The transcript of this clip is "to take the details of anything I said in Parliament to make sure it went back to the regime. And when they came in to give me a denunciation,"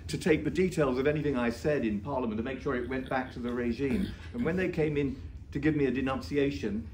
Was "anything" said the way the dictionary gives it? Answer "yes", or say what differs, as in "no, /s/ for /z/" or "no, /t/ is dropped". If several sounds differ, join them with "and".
yes